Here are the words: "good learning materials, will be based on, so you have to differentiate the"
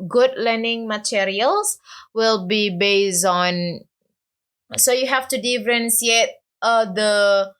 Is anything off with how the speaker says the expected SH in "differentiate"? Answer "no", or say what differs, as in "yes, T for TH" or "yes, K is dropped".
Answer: yes, S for SH